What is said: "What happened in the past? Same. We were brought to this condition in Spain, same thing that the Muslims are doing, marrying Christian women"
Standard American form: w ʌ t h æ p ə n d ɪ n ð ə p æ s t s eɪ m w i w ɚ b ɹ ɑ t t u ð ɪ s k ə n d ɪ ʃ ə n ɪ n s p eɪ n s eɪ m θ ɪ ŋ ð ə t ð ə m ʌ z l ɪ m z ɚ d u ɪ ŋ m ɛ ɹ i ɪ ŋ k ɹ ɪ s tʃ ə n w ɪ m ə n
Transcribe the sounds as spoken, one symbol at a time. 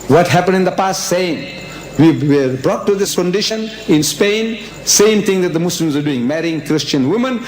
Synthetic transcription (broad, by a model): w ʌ t h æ p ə n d ɪ n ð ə p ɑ s t s eɪ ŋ w i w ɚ b ɹ ɑ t t u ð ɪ s k ə n d ɪ ʃ ə n ɪ n s p eɪ n s eɪ m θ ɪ ŋ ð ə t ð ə m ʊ s l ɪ m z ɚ d u ɪ ŋ m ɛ ɹ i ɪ ŋ k ɹ ɪ s tʃ ə n w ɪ m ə n